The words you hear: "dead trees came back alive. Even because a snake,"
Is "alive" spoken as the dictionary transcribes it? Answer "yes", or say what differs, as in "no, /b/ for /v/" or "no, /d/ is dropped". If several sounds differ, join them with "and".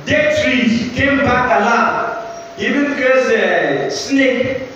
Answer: no, /v/ is dropped